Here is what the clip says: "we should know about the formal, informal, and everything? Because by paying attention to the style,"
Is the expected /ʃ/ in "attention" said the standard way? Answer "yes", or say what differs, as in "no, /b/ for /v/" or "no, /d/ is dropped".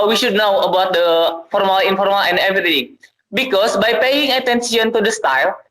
no, /s/ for /ʃ/